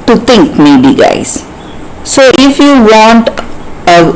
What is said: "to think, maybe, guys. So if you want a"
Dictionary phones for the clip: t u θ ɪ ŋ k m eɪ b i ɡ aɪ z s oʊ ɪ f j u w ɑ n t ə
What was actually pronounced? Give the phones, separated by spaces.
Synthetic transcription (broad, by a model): t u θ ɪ ŋ k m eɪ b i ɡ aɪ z s oʊ ɪ f j u w ɑ n t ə